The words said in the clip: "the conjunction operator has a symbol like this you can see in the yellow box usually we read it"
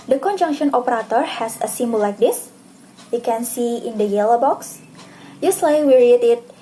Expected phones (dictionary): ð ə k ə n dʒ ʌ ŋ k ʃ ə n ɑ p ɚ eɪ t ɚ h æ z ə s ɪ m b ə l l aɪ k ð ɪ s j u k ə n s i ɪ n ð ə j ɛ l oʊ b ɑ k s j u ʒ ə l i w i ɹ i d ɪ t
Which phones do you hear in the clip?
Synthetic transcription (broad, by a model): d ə k ə n dʒ ʌ ŋ k ʃ ə n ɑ p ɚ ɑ t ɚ h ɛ s ə s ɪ m b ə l l aɪ k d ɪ s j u k ə n s i ɪ n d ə j ɛ l oʊ b ɑ k s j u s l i w i ɹ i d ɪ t